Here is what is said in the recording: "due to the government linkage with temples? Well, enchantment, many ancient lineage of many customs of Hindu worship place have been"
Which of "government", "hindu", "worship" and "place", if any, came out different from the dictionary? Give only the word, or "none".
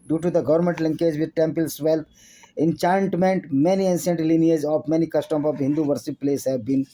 worship